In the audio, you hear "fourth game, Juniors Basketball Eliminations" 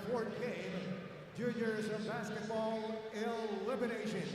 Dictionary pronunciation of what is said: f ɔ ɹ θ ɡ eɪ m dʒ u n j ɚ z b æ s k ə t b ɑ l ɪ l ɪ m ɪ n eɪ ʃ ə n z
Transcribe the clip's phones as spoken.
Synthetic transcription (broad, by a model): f ɔ ɹ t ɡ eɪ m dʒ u j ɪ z b æ s k ə t b ɑ l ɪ l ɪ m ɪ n eɪ ʃ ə n